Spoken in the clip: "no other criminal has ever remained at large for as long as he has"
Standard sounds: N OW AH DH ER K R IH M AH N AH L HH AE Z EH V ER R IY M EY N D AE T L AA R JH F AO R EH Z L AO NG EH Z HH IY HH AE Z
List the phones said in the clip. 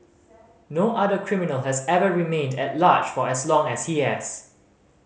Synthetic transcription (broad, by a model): N OW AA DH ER K R IH M AH N AH L HH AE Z EH V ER R IY M EY N D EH T L AA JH F AO R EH S L AO NG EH S HH IY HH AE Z